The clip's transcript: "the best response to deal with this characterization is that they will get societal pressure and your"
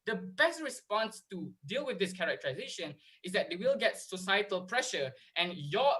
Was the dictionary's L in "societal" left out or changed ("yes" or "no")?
no